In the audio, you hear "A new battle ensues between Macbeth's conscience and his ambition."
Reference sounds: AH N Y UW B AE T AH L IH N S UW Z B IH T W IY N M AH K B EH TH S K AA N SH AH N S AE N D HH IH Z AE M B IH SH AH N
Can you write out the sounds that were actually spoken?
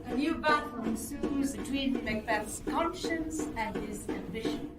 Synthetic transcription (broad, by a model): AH N Y UW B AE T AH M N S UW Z B IH T W IY N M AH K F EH T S K AA N SH AH N S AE N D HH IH Z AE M B IH SH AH N